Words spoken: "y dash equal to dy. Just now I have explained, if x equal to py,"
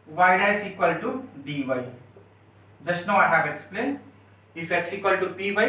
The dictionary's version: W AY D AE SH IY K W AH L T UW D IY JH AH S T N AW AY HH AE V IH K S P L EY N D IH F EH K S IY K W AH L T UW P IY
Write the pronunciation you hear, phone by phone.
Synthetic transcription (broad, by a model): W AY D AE S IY K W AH L T UW D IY JH AH S T N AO AY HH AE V IH K S P L EY N D IH F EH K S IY K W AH L T UW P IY